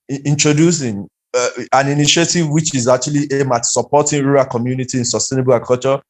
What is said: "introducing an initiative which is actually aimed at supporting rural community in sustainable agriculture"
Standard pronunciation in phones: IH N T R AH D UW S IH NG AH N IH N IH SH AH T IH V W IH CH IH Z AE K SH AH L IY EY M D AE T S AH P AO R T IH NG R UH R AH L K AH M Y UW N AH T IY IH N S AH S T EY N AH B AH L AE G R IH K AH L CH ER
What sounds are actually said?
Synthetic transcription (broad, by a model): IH N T R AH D UW S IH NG AH N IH N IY SH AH T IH V W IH CH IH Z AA K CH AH L IY EY M AA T S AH P AO T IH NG R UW R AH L K AH M Y UW N AH T IY IH N S AH S T EY N AH B AH L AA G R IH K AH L CH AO